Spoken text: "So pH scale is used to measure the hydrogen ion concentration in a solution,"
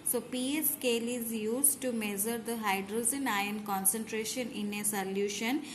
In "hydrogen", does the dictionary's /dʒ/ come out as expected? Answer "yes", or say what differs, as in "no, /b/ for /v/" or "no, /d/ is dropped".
no, /z/ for /dʒ/